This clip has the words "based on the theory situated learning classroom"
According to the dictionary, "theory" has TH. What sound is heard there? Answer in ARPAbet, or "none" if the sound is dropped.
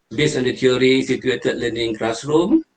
T